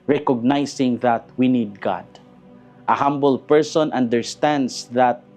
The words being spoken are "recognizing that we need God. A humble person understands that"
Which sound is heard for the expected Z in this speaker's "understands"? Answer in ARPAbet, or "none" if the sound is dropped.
S